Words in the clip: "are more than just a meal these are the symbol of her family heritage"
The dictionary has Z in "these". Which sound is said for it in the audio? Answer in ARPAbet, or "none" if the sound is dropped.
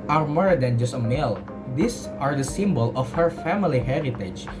S